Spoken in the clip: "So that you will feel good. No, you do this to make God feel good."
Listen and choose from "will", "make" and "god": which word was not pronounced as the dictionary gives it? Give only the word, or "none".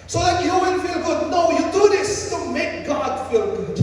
will